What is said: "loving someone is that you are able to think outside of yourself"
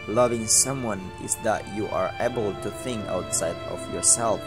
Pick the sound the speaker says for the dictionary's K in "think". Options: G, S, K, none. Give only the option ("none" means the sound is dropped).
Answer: K